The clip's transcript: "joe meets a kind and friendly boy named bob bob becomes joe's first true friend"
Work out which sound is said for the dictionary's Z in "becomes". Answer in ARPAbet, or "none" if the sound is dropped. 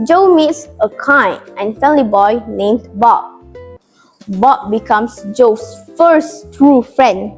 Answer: S